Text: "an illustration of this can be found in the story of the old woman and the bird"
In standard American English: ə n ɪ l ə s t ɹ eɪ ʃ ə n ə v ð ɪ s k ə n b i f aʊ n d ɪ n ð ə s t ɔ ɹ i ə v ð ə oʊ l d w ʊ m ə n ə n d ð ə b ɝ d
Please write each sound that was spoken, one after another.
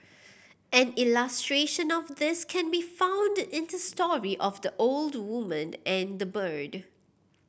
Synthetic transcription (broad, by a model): ə n ɪ l ə s t ɹ eɪ ʃ ə n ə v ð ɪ s k ə n b i f aʊ n d ɪ n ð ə s t ɔ ɹ i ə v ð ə oʊ l d w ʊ m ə n ə n d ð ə b ɝ d